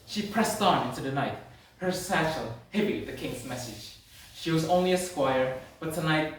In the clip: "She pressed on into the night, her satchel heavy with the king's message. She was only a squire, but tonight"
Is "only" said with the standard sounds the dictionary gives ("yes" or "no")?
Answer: yes